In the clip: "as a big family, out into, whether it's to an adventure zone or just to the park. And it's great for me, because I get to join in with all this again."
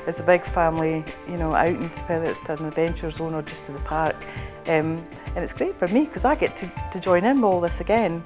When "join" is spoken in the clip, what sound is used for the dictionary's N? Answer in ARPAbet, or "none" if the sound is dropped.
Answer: none